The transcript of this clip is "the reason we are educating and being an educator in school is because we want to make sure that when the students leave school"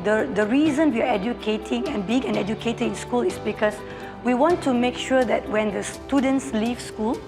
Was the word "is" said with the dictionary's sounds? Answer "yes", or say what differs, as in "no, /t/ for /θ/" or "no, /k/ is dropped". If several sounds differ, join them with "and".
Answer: no, /s/ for /z/